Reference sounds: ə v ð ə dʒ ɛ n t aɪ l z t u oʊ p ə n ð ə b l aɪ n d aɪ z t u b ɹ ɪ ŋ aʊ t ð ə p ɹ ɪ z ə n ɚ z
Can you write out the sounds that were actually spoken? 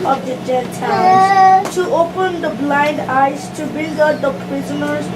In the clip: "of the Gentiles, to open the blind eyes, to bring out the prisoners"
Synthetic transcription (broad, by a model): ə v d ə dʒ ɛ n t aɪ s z t u oʊ p ə n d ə b l aɪ n d aɪ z t u b ɪ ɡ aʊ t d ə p ɹ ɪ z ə n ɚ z